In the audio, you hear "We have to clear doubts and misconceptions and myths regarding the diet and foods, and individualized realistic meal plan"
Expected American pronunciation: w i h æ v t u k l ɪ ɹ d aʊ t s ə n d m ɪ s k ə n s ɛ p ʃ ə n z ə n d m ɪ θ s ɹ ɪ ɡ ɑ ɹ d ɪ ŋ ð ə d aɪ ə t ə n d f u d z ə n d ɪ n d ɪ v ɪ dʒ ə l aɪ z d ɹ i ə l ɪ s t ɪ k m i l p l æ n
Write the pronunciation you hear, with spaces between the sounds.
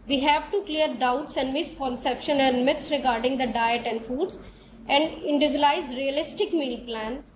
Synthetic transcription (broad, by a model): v i h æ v t u k l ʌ ɹ d aʊ t s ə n d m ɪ s k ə n s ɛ p ʃ ə n ə n d m ɪ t ɹ ɪ ɡ ɑ ɹ d ɪ ŋ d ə d aɪ ə t ə n d f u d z ə n d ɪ n d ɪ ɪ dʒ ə l aɪ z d ɹ i ə l ɪ s t ɪ k m i l p l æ n